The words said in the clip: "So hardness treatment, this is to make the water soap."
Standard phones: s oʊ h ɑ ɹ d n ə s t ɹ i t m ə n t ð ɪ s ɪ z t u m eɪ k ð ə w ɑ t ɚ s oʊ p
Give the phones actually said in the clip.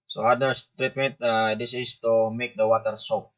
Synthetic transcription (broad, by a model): s oʊ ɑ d ə s t ɹ i t m ə n t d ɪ s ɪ s t u m eɪ k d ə w ɑ t ɚ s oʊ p